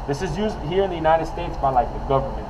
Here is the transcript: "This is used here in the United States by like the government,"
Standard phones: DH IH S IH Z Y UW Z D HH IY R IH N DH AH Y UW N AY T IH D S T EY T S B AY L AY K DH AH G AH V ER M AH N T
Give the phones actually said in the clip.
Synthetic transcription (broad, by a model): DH IH S IH Z Y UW Z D HH IY R IH N DH AH Y UW N AY T IH D S T EY T S B AY L AY K DH AH G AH V ER M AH N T